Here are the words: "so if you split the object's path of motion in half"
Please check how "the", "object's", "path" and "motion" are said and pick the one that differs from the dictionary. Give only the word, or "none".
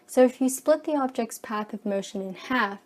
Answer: none